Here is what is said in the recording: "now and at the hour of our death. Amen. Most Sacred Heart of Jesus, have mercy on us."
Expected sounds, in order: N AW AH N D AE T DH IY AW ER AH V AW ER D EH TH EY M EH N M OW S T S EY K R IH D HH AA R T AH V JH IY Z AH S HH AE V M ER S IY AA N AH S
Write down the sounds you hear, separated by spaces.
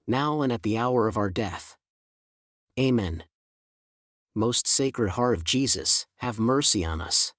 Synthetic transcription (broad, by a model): N AW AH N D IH T DH IY AW ER AH V AW ER D EH TH EY M EH N M OW S T S EY K R IH D HH AA R T AH V JH IY Z AH S HH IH V M ER S IY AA N AH S